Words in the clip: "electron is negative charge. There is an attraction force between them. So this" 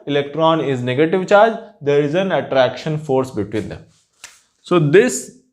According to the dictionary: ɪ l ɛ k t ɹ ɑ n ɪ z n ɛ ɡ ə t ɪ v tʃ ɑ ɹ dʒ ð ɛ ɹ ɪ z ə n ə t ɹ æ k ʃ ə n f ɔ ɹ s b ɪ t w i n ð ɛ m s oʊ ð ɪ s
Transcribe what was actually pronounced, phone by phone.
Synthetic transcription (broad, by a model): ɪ l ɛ k t ɹ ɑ n ɪ z n ɛ ɡ ə t ɪ v tʃ ɑ ɹ dʒ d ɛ ɹ ɪ z ə n ə t ɹ æ k ʃ ə n f ɔ ɹ s b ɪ t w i n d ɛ m s oʊ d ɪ s